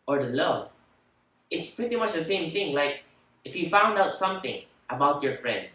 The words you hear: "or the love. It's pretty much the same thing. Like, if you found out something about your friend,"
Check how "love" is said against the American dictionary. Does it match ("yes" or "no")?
no